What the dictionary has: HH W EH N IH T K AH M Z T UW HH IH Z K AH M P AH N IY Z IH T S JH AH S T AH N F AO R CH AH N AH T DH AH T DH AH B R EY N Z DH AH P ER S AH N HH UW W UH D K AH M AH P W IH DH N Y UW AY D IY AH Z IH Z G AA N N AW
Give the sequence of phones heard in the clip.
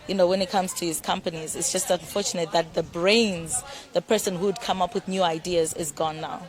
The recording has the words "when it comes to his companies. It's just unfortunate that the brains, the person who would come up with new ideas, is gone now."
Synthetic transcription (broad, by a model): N W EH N IH T K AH M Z T UW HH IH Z K AH M P AH N IY Z IH T S JH AH S T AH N F AO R CH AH N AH T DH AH T DH AH B R EY N Z DH AH P ER S AH N HH UW D K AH M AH P W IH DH N Y UW AY D IY AH Z IH Z G AA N N AW